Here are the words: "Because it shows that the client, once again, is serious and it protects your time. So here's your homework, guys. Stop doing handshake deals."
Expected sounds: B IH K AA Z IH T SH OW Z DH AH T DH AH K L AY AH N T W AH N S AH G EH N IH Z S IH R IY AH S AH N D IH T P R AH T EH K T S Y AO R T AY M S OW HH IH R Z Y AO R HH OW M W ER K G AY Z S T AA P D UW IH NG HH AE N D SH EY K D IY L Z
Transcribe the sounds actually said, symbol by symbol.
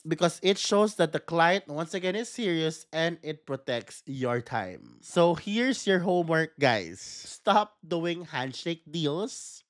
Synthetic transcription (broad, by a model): B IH K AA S IH T SH OW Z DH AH T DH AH K L AY AH N T W AH N S AH G EH N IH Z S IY R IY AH S AH N D IH T P R AH T EH K T S Y AO R T AY M S OW HH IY R S Y AO R HH OW M W ER K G AY S T AA P D UW IH NG HH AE N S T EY K D IY L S